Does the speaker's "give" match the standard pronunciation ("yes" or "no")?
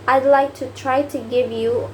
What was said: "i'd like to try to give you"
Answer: yes